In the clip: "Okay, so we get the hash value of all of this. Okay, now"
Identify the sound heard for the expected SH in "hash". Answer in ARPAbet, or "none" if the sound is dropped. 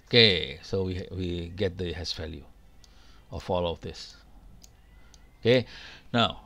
S